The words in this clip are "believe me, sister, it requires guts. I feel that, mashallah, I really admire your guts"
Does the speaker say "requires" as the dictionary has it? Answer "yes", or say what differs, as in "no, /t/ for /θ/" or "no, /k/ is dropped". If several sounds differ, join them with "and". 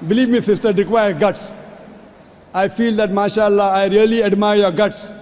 no, /z/ is dropped